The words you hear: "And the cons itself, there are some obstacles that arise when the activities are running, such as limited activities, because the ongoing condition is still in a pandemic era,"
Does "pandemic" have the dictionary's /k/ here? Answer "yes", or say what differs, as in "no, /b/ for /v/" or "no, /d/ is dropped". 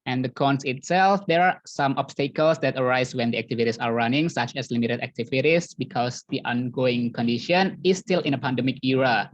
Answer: yes